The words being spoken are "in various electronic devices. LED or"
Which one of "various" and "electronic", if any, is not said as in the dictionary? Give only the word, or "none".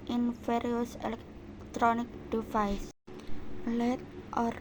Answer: various